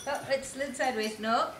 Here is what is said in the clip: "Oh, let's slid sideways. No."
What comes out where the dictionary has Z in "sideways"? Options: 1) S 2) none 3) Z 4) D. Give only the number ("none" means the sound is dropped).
1